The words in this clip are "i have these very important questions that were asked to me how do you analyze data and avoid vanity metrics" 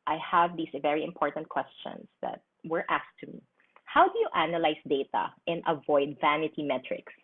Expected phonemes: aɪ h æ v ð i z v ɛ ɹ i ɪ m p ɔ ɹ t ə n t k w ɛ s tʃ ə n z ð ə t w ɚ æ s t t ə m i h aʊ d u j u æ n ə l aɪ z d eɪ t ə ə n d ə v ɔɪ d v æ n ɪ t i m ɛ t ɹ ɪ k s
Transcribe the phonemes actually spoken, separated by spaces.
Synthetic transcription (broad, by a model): aɪ h æ v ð i s v ɛ ɹ i ɪ m p ɔ ɹ t ə n t k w ɛ s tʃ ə n s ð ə t w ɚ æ s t t ə m i h aʊ d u j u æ n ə l aɪ s d eɪ t ə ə n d ə v ɔɪ d v æ n ɪ t i m ɛ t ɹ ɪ k s